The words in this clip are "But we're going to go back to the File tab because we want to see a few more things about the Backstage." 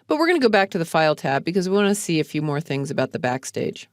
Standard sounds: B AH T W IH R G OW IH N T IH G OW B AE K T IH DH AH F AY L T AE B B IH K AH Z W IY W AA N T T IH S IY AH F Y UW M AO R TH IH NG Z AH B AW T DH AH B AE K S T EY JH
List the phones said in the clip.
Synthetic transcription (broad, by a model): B AH T W IH R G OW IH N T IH G OW B AE K T IH DH AH F AY L T AE B B IH K AH Z W IY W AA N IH S IY AH F Y UW M AO R TH IH NG Z AH B AW T DH AH B AE K S T EY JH